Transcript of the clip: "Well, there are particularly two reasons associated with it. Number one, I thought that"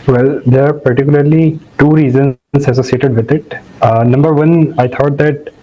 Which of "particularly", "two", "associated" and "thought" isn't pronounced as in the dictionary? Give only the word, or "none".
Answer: thought